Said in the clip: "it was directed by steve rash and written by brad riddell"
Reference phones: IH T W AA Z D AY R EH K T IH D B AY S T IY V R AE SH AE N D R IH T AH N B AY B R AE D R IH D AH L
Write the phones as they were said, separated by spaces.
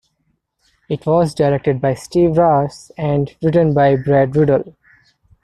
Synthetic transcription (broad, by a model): IH T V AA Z D AY R EH K T IH D B AY S T IY V R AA S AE N D R IH T AH N B AY B R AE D R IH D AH L